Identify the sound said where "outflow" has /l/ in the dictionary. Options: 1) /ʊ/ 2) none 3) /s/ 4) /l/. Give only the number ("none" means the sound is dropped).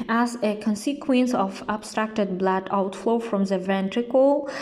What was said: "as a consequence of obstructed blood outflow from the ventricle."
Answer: 4